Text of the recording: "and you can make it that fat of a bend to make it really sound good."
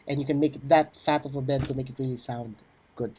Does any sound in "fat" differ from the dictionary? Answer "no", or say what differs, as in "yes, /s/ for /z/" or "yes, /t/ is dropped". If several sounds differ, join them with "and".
no